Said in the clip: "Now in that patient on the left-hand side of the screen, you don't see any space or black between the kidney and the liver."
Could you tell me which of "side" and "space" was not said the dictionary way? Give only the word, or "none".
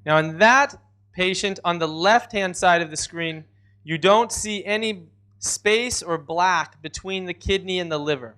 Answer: none